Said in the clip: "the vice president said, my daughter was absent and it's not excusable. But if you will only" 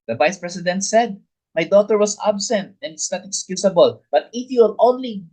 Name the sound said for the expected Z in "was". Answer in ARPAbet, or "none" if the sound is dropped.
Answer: S